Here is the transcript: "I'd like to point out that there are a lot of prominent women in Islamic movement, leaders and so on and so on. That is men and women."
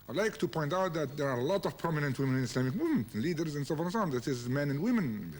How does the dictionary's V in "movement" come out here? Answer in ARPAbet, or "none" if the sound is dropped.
none